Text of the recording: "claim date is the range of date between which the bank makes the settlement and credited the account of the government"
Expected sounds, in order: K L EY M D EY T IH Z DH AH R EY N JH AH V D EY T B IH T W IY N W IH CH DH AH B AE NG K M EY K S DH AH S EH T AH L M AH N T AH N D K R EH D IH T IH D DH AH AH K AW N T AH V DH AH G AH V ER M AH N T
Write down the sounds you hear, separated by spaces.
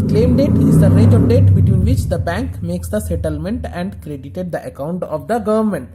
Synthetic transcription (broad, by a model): K L EY M D EY T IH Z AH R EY JH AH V D EY T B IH T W IY N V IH CH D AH B AE NG K M EY K S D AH S EH T AH L M AH N T AH N D K R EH D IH T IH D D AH AH K AW N T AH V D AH G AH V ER M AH N T